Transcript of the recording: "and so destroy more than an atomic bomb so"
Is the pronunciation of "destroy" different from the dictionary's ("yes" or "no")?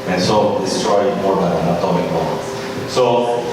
yes